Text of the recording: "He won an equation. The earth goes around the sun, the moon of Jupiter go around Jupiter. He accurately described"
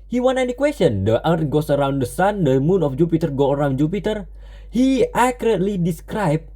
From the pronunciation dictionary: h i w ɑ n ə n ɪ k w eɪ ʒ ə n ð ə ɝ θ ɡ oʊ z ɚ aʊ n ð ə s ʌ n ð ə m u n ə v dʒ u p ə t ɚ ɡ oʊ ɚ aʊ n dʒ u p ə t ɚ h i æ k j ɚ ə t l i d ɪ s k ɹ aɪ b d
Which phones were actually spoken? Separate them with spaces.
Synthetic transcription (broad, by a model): h i w ɑ n ə n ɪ k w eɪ s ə n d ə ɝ t ɡ oʊ s ɚ aʊ n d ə s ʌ n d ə m u n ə f dʒ u p ə t ɚ ɡ oʊ ɚ aʊ n dʒ u p ə t ɚ h i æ k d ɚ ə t l i d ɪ s k ɹ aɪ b